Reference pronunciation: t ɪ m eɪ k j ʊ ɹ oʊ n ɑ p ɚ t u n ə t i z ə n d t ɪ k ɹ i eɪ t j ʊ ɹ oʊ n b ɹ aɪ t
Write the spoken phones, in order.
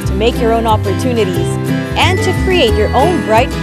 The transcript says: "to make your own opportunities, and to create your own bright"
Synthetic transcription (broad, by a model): t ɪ m eɪ k j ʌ ɹ oʊ n ɑ p ɚ t u n ə t i z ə n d t ɪ k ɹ i eɪ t j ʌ ɹ oʊ n b ɹ aɪ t